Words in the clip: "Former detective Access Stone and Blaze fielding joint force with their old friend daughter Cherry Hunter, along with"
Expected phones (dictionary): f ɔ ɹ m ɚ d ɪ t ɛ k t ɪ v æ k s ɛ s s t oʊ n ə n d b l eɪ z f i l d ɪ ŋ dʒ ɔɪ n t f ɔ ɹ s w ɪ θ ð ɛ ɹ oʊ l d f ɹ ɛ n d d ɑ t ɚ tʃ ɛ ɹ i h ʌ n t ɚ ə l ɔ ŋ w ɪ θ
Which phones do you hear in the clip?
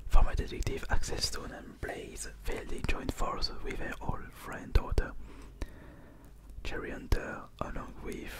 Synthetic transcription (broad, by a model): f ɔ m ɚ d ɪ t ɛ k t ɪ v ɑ k s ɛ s s t oʊ n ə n b l eɪ z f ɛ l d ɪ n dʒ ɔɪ n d f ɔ ɹ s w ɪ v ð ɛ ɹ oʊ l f ɹ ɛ n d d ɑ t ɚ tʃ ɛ ɹ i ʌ n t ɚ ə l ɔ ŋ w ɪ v